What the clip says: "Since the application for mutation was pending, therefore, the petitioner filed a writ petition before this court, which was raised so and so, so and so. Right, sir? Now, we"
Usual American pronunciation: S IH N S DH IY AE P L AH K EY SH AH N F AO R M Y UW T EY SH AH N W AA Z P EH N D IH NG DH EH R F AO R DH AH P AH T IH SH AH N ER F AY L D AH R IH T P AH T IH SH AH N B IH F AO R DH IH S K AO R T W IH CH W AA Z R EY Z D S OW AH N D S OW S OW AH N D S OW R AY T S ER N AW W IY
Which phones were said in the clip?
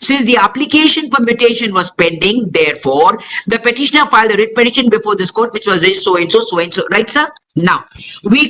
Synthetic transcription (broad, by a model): S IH N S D IY AE P L AH K EY SH AH N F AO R M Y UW T EY SH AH N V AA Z P EH N D IH NG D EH R F AO R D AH P AH T IH SH AH N ER F AY L D AH R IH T P AH T IH SH AH N B IH F AO R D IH S K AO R T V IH CH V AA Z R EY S S OW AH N S OW S OW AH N S OW R AY T S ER N AW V IY